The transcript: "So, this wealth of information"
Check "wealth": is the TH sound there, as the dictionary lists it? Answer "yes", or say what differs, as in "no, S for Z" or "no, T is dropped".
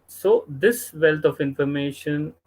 no, T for TH